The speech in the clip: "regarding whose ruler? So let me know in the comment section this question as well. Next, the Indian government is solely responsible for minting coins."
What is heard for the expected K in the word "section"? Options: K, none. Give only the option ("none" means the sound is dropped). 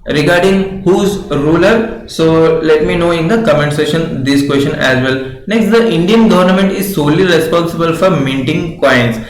none